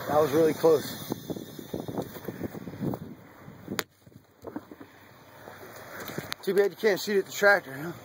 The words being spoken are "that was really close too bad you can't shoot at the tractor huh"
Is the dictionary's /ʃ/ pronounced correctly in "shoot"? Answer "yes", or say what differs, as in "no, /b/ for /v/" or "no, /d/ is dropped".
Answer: no, /s/ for /ʃ/